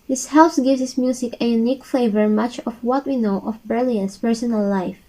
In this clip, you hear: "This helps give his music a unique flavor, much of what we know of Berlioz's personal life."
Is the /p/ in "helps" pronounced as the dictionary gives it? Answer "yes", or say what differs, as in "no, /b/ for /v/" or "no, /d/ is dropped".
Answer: no, /p/ is dropped